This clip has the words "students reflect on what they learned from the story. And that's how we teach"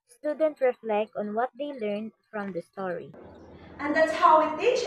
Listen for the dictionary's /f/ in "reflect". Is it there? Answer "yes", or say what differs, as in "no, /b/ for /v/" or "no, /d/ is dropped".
yes